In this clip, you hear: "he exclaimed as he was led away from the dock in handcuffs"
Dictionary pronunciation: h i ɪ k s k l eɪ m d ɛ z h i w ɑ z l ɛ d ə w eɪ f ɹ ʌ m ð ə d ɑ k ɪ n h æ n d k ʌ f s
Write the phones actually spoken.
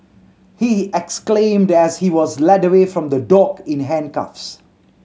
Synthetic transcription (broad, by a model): h i ɪ k s k l eɪ m d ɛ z h i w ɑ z l ɛ d ə w eɪ f ɹ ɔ m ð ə d ɑ k ɪ n h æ n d k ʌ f s